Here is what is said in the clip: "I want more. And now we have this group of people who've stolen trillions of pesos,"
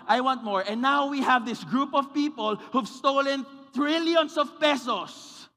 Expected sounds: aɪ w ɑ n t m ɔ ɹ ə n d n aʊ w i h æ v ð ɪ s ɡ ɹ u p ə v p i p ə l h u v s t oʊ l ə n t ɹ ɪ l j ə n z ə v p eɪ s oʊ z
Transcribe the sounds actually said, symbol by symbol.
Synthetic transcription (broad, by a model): aɪ w ɑ n t m ɔ ɹ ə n n aʊ w i h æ v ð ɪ s ɡ ɹ u p ə v p i p ə l h u v s t oʊ l ə n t ɹ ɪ l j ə n s ə v p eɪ s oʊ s